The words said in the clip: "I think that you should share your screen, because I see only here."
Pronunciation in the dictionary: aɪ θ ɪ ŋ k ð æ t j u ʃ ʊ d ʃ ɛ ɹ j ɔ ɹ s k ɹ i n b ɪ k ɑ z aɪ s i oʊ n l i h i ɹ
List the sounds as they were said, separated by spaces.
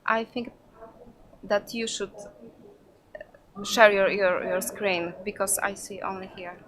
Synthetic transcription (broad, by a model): aɪ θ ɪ ŋ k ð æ t j u ʃ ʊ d ʃ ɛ ɹ j ɔ ɹ s k ɹ i n b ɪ k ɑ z aɪ s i oʊ n l i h i ɹ